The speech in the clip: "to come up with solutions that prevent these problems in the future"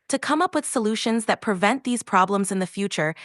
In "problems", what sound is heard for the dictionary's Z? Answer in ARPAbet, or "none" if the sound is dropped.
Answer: Z